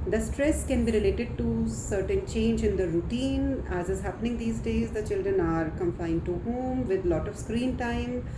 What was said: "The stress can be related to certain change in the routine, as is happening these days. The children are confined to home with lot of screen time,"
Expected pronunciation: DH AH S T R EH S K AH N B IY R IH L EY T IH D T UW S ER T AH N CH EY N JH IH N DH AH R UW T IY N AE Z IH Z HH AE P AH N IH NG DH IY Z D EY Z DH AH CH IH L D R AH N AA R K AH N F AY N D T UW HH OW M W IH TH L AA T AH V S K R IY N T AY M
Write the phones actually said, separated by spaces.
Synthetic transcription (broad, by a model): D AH S T R EH S K AH N B IY R IH L EY T IH D T UW S ER T AH N CH EY N JH IH N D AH R UW T IY N AE Z IH Z HH AE P AH N IH NG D IY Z D EY Z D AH CH IH L D R AH N AA R K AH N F AY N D T UW HH OW M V IH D L AA T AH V S K R IY N T AY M